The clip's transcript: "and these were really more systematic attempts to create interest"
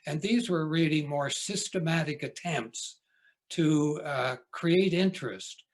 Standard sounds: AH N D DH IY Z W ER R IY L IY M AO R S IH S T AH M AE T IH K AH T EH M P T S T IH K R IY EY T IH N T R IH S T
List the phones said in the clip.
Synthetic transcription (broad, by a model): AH N DH IY Z W ER R IY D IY M AO R S IH S T AH M AE T IH K AH T EH M P T S T IH K R IY EY T IH N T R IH S T